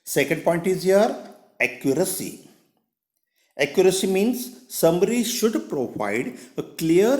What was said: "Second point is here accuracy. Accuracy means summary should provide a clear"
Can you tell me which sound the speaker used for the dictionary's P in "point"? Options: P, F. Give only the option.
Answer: P